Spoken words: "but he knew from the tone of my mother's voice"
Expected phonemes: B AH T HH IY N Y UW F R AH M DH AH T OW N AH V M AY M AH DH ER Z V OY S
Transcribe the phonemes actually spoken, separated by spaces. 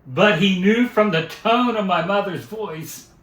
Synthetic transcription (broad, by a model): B AH T HH IY N Y UW F R AH M DH AH T OW N AH V M AY M AH DH ER Z V OY S